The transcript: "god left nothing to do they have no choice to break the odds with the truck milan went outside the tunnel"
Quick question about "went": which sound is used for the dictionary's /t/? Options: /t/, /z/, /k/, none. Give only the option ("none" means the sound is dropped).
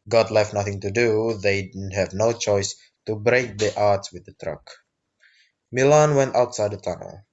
/t/